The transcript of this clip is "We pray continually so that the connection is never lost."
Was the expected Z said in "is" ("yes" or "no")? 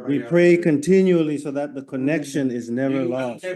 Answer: yes